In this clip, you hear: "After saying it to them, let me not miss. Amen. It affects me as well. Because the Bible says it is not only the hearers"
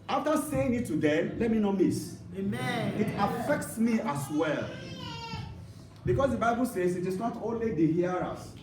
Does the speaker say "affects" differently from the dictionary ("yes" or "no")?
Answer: no